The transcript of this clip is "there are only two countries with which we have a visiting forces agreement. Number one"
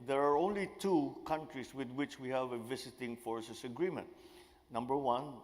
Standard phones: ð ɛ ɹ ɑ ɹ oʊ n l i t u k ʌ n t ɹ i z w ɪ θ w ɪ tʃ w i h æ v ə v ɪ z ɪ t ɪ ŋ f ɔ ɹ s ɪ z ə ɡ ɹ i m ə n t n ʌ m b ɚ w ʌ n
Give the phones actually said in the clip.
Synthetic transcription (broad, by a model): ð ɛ ɹ ɑ ɹ oʊ n l i t u k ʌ n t ɹ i s w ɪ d w ɪ tʃ w i h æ v ə v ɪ s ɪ t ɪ ŋ f ɔ ɹ s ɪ s ə ɡ ɹ i m ə n t n ʌ m b ɚ w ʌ n